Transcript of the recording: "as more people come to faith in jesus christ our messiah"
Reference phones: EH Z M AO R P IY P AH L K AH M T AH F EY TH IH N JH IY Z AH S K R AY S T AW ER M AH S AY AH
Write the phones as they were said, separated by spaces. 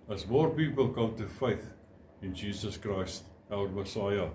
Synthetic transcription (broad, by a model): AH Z M AO R P IY P AH L K AH M T AH F EY TH IH N JH IY Z AH S K R AY S T AW ER M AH S AY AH